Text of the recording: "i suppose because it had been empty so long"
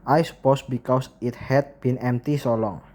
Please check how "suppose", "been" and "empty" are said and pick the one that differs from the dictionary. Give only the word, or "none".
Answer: suppose